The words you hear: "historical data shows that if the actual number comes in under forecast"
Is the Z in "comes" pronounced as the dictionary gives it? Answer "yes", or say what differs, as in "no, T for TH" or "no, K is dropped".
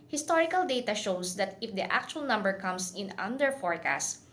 no, S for Z